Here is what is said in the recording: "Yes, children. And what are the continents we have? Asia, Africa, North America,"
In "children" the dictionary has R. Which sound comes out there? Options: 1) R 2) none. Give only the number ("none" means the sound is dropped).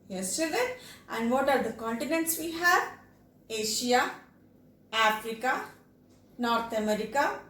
2